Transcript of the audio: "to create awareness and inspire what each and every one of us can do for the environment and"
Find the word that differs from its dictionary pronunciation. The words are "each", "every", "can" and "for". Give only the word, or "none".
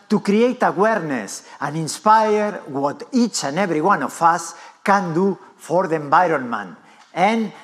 every